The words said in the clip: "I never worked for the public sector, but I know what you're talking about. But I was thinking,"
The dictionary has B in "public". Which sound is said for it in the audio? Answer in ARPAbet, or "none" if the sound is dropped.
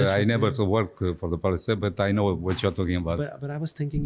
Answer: none